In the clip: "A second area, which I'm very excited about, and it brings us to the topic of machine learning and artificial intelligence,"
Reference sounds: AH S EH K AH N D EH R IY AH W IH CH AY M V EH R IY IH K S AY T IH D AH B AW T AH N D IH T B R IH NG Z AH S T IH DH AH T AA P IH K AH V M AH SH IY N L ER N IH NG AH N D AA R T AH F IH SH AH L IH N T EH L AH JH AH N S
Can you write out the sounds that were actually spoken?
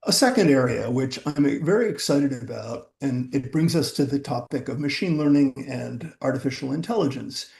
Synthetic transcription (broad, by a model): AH S EH K AH N D EH R IY AH W IH CH AY M V EH R IY IH K S AY T IH D AH B AW T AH N IH T B R IH NG Z AH S T IH DH AH T AA P IH K AH V M AH SH IY N L ER N IH NG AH N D AA R T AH F IH SH L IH N T EH L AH JH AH N S